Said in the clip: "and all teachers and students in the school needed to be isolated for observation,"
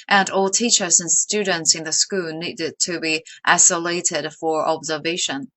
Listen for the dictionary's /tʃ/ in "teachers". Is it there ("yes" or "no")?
yes